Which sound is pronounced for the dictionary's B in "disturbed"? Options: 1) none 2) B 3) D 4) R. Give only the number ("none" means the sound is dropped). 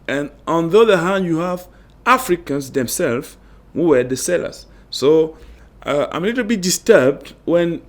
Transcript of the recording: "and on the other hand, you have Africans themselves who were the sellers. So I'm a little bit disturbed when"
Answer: 2